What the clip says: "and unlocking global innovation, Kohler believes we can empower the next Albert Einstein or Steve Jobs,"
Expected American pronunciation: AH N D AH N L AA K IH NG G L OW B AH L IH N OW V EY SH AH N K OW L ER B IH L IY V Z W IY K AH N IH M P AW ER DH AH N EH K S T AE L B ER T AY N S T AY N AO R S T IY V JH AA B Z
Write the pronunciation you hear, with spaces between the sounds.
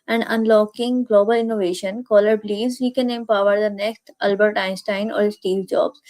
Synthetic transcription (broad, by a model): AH N D AH N L AA K IH NG G L OW B AH L IH N OW V EY SH AH N K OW L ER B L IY Z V IY K AH N IH M P AW ER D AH N EH K S T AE L B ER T AY N S T AY N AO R S T IY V JH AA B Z